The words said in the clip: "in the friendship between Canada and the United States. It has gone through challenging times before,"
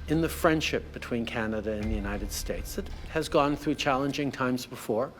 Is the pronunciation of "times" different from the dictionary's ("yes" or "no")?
no